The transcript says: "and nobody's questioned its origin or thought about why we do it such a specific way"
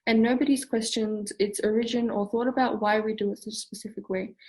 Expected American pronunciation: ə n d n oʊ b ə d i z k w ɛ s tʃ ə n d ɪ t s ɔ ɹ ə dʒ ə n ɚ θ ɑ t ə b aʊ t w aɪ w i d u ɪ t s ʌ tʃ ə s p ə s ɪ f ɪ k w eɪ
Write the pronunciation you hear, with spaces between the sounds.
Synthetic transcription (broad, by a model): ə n n oʊ b ə d i z k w ɛ s tʃ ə n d ɪ t s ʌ ɹ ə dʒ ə n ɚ θ ɑ t ə b aʊ t w aɪ w i d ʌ ɪ t s ʌ tʃ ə s p ə s ɪ f ɪ k w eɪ